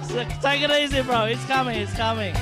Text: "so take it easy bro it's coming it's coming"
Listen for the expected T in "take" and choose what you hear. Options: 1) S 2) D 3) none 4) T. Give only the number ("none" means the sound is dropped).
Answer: 1